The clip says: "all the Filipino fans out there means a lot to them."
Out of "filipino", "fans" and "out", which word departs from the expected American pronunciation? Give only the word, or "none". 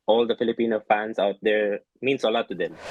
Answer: fans